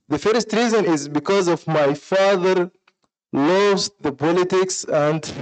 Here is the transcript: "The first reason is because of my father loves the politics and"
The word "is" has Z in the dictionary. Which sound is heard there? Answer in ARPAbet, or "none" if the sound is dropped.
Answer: Z